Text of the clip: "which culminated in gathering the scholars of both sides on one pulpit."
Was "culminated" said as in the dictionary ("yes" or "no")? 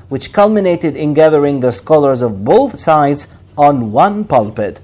yes